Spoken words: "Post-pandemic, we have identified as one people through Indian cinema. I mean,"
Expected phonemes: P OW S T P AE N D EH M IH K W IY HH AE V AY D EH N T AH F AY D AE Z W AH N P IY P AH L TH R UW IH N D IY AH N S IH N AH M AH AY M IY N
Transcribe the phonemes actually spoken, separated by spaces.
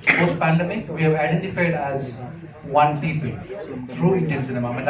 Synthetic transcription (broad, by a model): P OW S P AE N D EH M IH K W IY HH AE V AY D EH N T AH F AY D AE Z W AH N P IY P AH L T R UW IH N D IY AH N S IH N AH M AH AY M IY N